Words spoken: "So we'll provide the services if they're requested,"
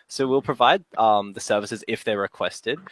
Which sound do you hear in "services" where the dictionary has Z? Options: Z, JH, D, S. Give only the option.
Z